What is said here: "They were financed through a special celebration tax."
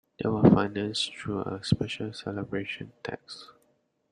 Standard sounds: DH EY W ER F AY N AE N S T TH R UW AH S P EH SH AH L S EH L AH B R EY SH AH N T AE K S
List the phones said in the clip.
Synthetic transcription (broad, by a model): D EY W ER F AY N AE N S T R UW AH S P EH SH AH L S EH L AH B R EY SH AH N T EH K S